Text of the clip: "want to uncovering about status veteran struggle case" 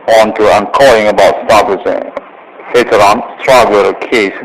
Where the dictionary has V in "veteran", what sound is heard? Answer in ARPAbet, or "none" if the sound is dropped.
F